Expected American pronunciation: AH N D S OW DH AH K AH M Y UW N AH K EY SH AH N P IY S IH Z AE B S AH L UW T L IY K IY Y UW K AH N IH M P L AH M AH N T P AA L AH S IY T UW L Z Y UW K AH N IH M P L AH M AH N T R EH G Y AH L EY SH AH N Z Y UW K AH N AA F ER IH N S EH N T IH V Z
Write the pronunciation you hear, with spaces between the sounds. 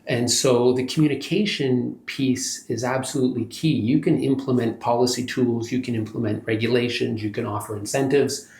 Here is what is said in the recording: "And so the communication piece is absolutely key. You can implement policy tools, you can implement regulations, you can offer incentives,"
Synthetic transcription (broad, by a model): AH N S OW DH AH K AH M Y UW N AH K EY SH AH N P IY S IH Z AE B S AH L UW T L IY K IY Y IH K AH N IH M P L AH M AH N P AA L AH S IY T UW L Z Y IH K AH N IH M P L AH M AH N T R EH G Y AH L EY SH AH N Z Y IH K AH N AA F ER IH N S EH N T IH V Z